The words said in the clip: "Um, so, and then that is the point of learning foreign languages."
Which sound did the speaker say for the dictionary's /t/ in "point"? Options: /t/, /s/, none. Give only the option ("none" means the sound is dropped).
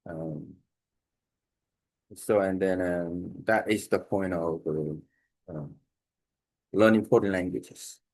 /t/